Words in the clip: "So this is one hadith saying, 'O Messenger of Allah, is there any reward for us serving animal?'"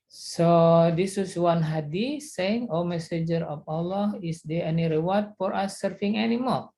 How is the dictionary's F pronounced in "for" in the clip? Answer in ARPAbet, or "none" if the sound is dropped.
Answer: F